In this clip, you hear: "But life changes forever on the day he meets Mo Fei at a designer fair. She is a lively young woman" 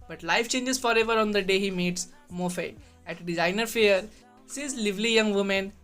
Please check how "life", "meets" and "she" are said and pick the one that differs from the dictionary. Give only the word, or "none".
she